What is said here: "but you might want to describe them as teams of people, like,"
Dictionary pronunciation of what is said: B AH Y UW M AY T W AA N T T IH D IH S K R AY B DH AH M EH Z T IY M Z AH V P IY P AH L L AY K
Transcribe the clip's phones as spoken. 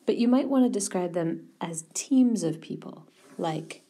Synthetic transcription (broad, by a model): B AH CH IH M AY T W AA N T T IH D IH S K R AY B DH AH M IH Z T IY M Z AH V P IY P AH L L AY K